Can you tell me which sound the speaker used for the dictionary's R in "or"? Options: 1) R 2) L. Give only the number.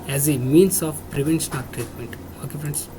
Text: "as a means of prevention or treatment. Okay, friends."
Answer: 2